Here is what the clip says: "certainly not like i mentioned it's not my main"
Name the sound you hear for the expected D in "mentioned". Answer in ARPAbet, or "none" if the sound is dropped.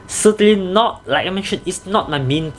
none